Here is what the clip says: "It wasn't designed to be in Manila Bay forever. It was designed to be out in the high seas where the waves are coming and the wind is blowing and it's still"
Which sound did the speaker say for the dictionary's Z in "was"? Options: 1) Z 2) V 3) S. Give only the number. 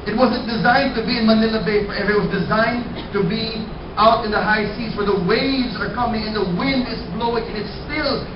1